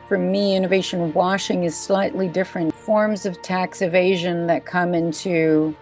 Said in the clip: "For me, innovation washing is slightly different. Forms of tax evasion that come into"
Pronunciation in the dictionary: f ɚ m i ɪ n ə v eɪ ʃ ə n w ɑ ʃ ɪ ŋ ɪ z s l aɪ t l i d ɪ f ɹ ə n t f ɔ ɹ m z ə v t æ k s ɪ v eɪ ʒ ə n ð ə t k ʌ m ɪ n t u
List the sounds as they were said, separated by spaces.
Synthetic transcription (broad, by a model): f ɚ m i ɪ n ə v eɪ ʃ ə n w ɑ ʃ ɪ ŋ ɪ z s l aɪ t l i d ɪ f ɹ ə n t f ɔ ɹ m z ə v t æ k s ɪ v eɪ ʒ ə n ð ə t k ʌ m ɪ n t u